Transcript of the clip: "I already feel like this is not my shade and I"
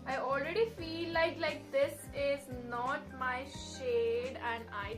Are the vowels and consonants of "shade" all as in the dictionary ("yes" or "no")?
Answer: yes